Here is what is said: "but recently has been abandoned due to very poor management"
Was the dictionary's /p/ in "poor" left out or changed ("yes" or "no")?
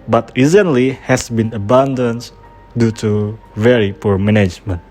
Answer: no